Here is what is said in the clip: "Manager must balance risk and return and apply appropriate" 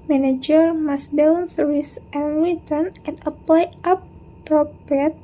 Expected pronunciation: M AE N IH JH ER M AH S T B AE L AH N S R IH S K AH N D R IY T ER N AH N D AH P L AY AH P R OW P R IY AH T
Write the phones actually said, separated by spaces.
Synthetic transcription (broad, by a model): M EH N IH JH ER M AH S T B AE L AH N S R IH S AH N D R IY T ER N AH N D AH P L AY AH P R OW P R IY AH T